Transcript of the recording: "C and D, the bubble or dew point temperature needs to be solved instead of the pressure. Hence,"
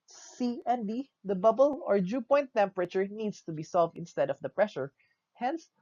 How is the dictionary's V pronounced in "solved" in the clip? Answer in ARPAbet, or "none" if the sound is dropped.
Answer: V